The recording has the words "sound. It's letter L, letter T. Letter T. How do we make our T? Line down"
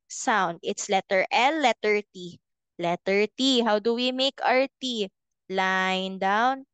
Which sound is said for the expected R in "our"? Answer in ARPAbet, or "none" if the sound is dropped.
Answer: R